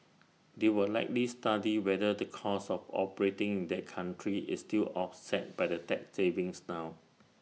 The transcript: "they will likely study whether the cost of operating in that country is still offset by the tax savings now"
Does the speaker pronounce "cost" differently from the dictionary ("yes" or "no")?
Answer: yes